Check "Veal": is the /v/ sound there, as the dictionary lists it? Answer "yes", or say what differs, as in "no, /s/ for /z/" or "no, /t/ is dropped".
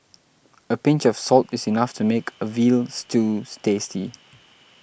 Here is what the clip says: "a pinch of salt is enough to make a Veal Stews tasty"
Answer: yes